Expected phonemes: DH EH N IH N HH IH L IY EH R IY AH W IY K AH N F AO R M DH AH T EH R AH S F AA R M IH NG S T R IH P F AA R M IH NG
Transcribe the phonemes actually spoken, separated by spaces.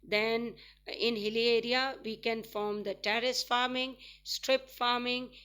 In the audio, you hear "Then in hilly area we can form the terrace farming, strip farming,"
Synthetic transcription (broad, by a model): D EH N IH N HH IH L IY EH R IY AH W IY K AH N F AO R M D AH T EH R AH S F AA R M IH NG S T R IH P F AA R M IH NG